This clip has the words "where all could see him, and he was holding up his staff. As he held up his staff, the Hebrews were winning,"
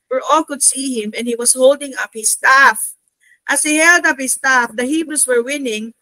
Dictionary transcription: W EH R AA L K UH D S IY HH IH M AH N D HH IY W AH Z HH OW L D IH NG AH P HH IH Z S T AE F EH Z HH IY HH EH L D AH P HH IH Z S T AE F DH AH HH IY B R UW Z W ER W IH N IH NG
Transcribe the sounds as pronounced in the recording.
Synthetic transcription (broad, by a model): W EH R AA L K UH D S IY HH IH M AH N D HH IY W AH S HH OW L D IH NG AH P HH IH S T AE F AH S HH IY HH EH L D AH P HH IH S T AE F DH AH HH IY B R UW S W ER W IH N IH NG